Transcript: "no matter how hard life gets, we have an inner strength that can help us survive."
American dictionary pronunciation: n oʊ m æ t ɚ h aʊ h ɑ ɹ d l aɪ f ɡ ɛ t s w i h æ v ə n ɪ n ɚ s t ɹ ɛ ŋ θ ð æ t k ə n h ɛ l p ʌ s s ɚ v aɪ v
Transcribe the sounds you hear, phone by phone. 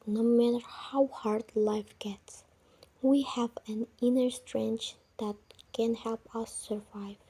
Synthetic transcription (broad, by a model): n oʊ m æ t ɚ h aʊ h ɑ ɹ d l aɪ f ɡ ɛ t s w i h æ v ə n ɪ n ɚ s t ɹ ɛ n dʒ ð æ t k ə n h ɛ l p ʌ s s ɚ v aɪ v